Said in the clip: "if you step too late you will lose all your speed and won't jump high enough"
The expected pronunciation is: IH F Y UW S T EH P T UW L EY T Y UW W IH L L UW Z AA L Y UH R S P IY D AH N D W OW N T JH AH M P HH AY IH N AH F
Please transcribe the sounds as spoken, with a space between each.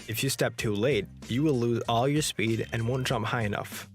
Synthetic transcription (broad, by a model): IH F Y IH S T EH P T UW L EY T Y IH W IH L L UW Z AA L Y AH R S P IY D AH N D W OW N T JH AH M P HH AY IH N AH F